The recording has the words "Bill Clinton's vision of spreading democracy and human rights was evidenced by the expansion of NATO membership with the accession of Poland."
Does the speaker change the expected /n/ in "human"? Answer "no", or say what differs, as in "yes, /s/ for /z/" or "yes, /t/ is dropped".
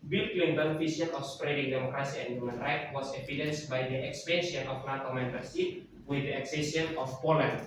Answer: no